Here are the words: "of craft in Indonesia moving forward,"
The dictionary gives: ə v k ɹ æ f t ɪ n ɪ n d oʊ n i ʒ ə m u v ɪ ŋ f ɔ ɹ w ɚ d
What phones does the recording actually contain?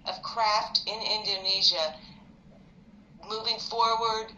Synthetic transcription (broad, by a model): ə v k ɹ æ f t ɪ n ɪ n d oʊ n i ʒ ə m u v ɪ ŋ f ɔ ɹ w ɚ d